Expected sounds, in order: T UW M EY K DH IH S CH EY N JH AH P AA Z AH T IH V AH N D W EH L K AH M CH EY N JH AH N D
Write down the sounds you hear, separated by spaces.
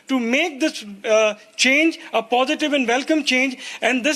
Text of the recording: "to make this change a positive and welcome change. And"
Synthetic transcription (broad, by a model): T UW M EY K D IH S CH EY N JH AH P AA Z AH T IH V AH N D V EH L K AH M CH EY N JH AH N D